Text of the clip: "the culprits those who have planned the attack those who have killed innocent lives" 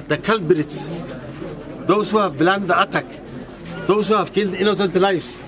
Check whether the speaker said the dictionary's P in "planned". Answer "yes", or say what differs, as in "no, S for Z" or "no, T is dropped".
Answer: no, B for P